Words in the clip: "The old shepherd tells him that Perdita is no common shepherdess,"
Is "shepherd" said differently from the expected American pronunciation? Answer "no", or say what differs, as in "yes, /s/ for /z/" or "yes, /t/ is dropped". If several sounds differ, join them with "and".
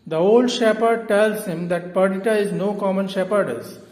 no